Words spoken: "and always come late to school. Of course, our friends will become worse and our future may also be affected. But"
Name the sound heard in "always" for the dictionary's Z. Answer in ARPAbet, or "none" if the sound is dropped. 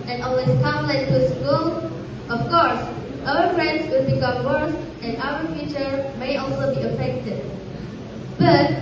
S